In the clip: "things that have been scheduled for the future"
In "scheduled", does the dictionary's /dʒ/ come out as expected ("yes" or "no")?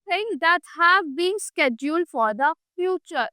yes